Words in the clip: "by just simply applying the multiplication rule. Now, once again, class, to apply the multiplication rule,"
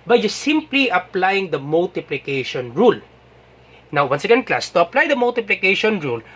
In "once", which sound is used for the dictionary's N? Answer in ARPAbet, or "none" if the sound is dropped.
N